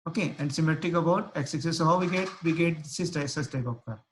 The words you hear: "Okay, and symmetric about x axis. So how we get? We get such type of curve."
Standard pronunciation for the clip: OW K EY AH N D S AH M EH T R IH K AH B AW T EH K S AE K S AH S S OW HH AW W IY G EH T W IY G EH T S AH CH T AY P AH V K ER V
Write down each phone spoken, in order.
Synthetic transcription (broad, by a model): OW K EY AH N D S AH M EH T R IH K AH B AW T EH K S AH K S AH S S OW HH AW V IY G EH T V IY G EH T S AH S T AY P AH P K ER